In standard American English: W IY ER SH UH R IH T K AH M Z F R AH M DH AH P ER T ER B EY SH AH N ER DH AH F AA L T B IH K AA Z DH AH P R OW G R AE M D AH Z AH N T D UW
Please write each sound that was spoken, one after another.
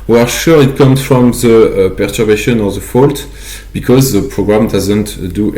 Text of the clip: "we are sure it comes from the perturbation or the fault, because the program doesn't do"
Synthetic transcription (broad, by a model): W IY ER SH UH R IH T K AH M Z F R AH M DH AH P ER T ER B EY SH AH N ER DH AH F AA L T B IH K AA Z DH AH P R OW G R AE M D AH Z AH N T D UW